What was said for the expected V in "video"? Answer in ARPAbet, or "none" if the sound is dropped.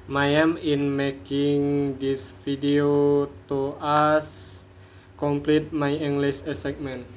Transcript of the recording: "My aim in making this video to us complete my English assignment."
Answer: F